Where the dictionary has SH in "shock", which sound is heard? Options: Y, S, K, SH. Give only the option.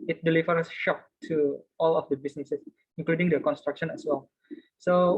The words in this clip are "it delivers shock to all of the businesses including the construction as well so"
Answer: SH